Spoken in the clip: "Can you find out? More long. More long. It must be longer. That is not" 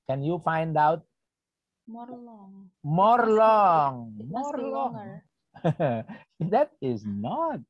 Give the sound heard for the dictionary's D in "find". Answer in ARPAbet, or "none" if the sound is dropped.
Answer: D